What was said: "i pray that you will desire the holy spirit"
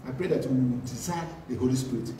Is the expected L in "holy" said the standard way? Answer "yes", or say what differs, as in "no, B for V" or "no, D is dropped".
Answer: yes